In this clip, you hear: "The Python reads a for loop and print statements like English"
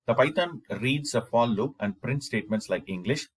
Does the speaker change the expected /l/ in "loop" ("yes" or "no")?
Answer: no